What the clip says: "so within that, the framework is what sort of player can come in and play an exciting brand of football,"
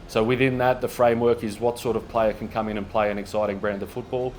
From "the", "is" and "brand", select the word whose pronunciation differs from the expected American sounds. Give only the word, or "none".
none